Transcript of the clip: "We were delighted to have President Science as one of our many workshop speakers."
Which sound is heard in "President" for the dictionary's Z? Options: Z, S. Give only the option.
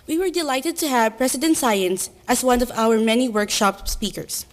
S